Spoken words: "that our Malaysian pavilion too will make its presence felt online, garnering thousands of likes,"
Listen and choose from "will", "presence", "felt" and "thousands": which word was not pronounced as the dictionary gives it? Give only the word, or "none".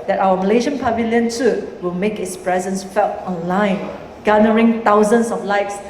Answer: thousands